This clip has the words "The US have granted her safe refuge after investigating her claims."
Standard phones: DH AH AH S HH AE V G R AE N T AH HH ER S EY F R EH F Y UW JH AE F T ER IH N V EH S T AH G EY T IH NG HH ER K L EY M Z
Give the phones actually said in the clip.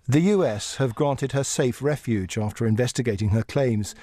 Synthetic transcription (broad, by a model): DH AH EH S HH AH V G R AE N T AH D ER S EY F R EH F Y UW JH AE F T ER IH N V EH S T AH G EY T IH NG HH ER K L EY M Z